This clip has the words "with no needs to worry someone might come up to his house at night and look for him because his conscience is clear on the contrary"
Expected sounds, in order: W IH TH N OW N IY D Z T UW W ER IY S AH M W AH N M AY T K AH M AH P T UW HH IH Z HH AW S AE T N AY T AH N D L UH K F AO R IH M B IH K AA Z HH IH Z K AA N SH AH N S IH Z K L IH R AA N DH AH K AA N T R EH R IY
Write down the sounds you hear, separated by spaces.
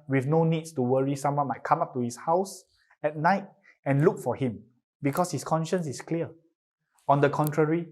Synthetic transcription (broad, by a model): W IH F N OW N IY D S T UW W ER IY S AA M W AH N M AY T K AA M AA P T UW HH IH S HH AW S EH T N AY T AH N L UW K F AO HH IH M B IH K AA S HH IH S K AA N SH AH N S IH S K L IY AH AA N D AH K AA N T R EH R IY